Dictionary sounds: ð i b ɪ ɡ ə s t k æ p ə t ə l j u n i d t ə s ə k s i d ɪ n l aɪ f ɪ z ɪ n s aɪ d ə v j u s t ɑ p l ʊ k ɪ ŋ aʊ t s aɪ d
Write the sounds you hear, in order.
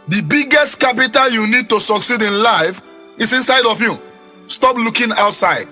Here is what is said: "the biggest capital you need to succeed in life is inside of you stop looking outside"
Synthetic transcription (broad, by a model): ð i b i ɡ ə s t k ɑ p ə t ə l j u n i d t ə s ə k s i d ɪ n l aɪ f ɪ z ɪ n s aɪ d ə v j u s t ɑ p l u k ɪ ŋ aʊ t s aɪ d